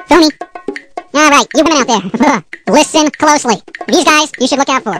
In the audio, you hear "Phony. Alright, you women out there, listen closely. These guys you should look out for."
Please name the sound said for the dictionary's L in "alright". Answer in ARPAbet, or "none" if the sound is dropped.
none